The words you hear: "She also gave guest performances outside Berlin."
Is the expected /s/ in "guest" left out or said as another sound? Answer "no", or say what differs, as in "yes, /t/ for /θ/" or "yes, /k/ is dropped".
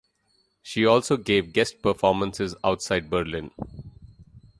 no